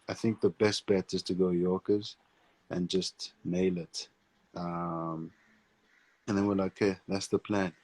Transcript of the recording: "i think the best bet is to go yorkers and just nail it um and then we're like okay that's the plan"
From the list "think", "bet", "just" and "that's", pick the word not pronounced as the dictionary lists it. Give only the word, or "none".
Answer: none